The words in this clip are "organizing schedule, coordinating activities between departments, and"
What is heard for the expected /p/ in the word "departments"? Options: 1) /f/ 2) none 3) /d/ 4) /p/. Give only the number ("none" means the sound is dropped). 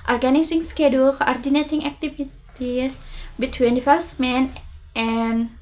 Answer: 1